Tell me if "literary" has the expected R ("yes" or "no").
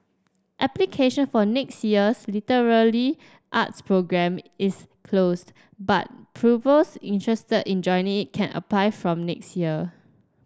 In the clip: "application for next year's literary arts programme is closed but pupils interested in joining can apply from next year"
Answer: no